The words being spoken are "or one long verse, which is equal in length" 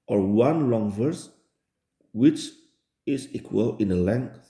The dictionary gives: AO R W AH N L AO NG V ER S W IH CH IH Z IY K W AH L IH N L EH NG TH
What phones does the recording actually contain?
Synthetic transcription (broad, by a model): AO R W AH N L AO NG V ER S W IH CH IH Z IY K W AH L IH N L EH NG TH